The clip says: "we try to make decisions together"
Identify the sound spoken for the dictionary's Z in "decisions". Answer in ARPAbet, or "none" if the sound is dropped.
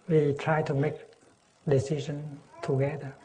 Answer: none